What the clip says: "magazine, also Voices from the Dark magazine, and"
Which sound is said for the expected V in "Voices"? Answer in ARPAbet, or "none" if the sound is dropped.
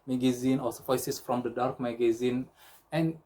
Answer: F